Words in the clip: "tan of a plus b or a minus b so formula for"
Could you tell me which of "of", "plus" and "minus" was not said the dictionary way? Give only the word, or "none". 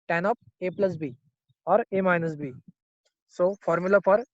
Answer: of